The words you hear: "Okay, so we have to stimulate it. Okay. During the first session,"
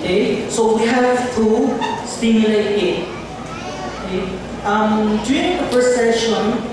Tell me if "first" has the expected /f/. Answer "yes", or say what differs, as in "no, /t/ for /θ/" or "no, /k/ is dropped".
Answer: no, /p/ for /f/